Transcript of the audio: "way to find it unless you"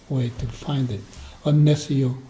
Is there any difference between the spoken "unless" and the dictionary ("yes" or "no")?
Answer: yes